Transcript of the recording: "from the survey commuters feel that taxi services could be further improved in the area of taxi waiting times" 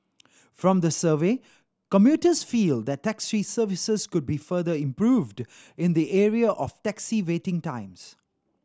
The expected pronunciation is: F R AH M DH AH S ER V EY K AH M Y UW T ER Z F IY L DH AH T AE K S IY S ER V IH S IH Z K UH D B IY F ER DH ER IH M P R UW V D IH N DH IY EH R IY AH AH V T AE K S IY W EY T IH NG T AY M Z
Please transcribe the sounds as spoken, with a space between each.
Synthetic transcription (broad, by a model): F R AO M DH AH S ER V EY K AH M Y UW T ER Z F IY L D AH T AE K S IY S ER V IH S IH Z K UH D B IY F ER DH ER IH M P R UW V D IH N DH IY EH R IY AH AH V T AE K S IY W EY T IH NG T AY M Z